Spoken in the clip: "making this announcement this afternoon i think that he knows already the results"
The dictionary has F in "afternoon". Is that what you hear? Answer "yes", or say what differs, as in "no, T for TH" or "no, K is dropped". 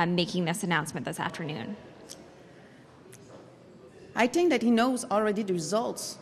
yes